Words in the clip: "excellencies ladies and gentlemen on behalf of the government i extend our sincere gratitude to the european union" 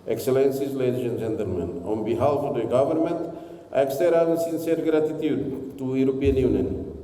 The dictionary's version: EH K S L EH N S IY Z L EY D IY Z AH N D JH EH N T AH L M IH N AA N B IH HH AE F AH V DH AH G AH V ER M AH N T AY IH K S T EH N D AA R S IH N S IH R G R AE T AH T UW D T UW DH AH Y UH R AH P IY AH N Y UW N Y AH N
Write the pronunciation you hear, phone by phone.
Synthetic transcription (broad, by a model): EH K S L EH N S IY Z L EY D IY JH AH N JH EH N T AH L M IH N AA N B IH HH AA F AH V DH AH G AH V ER M AH N T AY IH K S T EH D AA S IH N S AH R G R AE T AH T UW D T UW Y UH R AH P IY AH N Y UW N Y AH N